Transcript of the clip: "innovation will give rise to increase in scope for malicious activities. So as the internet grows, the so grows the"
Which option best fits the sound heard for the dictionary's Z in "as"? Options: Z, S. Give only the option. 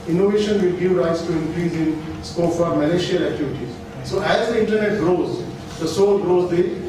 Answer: Z